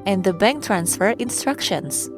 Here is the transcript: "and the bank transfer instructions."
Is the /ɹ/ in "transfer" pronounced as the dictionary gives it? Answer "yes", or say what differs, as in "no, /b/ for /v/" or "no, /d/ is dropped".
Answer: yes